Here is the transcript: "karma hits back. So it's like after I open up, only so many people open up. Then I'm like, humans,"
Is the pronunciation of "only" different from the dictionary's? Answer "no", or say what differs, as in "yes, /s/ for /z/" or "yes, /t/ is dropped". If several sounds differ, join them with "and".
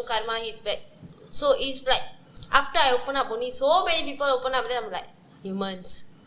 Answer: yes, /l/ is dropped